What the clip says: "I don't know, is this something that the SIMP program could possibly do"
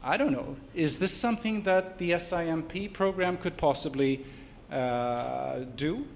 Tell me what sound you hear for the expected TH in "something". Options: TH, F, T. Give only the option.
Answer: TH